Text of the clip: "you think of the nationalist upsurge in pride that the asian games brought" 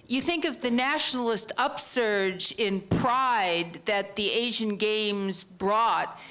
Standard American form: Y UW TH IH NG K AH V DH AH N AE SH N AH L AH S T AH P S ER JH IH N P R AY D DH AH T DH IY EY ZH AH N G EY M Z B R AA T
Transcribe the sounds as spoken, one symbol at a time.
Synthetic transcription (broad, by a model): Y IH TH IH NG K AH V DH AH N AE SH N L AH S T AH P S ER JH IH N P R AY D DH AH T DH IY EY ZH AH N G EY M Z B R AA T